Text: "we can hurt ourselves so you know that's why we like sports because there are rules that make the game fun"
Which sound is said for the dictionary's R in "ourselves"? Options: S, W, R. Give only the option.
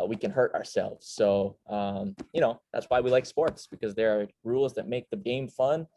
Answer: R